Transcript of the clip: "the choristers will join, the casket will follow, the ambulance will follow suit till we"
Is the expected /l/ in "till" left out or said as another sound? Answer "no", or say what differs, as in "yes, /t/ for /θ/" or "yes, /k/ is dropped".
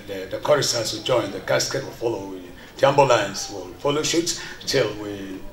no